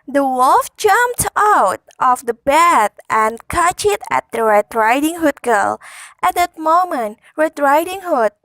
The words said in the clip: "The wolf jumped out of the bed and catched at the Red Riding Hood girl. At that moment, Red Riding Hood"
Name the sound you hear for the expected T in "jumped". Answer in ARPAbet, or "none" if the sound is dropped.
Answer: T